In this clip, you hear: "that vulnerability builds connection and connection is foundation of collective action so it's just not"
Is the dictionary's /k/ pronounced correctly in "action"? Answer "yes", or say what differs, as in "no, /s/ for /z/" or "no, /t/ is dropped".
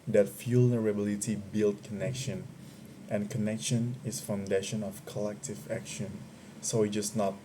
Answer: yes